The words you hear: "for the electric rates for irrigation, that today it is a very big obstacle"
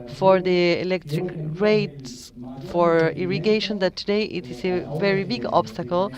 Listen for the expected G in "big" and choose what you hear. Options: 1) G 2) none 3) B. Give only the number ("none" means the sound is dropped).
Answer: 1